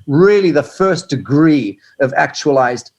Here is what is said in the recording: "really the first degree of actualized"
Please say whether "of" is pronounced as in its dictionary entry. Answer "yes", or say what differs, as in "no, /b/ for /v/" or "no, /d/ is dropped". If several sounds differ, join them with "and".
yes